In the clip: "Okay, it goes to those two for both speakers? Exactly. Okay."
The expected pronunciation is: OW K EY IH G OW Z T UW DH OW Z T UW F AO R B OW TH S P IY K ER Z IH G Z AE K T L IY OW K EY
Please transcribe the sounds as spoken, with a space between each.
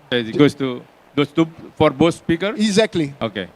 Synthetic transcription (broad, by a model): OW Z IH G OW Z T UW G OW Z T UW F AO R B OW S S P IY K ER IH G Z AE K T L IY OW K EY